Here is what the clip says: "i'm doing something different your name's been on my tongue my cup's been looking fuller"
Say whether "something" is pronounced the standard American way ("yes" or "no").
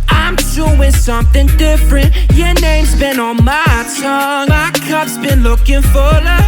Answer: yes